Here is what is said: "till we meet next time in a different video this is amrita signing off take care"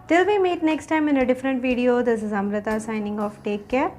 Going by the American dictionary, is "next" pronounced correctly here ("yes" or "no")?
yes